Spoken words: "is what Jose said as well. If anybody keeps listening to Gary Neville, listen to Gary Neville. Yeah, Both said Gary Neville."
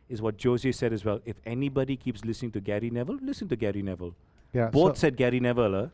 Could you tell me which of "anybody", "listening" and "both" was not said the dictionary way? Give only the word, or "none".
both